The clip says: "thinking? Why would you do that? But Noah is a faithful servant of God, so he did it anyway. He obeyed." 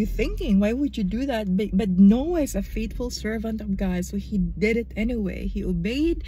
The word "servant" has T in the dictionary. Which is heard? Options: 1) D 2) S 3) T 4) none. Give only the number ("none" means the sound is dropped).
3